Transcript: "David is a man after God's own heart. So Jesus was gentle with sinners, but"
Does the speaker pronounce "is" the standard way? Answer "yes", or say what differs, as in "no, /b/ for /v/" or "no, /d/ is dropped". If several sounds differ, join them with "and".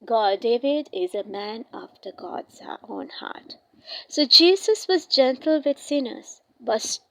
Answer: yes